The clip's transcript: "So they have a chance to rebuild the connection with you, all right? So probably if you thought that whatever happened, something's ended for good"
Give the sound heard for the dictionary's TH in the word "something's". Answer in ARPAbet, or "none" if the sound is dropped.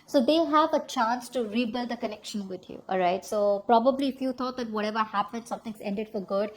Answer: T